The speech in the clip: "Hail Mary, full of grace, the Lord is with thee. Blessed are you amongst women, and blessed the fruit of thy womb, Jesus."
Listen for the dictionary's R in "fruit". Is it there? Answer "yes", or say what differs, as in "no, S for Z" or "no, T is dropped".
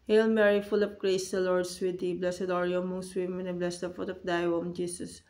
no, R is dropped